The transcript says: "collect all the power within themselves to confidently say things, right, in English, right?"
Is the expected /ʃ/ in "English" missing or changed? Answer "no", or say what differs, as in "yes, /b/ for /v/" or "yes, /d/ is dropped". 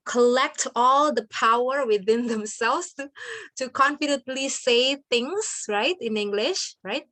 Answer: no